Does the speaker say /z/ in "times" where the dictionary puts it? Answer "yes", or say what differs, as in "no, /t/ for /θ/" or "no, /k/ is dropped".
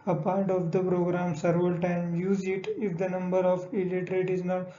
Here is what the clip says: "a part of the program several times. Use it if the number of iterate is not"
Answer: no, /z/ is dropped